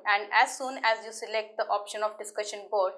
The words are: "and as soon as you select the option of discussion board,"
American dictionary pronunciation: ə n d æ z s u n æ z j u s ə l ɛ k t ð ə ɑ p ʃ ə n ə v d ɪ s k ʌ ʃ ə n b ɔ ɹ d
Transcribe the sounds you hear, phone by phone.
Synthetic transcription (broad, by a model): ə n d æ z s u n æ z j u s ə l ɛ k t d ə ɑ p ʃ ə n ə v d ɪ s k ʌ ʃ ə n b ɔ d